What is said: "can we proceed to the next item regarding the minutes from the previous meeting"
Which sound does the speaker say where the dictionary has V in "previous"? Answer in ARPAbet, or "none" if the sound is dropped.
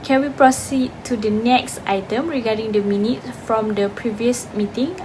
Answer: V